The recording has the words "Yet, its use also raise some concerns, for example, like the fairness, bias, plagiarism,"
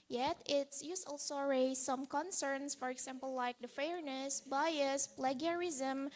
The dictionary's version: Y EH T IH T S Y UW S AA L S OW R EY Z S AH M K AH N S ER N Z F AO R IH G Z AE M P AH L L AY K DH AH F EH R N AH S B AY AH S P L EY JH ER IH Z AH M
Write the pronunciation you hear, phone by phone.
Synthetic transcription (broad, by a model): Y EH T IH T S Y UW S AA L S OW R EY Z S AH M K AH N S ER N S F AO R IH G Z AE M P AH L L AY K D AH F EH R N AH S B AY AH S P L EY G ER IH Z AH M